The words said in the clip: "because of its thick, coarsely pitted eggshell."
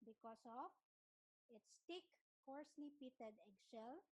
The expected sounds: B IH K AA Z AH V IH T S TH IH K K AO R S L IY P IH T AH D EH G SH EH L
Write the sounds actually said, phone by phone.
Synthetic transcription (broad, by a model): B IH K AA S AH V IH T S T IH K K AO R S L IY P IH T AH D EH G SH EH L